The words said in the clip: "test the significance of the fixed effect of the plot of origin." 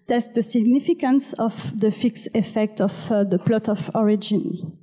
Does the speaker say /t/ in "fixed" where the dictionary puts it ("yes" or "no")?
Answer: no